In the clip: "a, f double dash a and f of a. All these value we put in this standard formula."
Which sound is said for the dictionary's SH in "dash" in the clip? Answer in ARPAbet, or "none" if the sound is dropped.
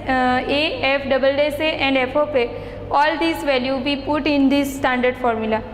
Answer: S